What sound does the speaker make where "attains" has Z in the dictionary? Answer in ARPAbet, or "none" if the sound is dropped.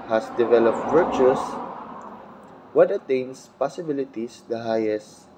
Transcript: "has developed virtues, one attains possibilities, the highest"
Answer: S